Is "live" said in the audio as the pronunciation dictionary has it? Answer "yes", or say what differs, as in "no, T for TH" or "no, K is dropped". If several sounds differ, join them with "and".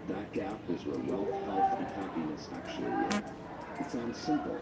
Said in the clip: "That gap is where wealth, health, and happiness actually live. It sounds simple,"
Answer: no, V is dropped